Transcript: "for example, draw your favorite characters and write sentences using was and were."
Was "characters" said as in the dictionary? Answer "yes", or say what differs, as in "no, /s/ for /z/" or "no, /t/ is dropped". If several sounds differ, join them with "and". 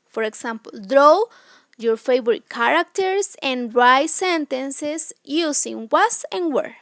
no, /s/ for /z/